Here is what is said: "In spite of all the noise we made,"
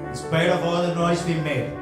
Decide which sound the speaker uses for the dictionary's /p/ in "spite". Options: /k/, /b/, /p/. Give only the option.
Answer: /b/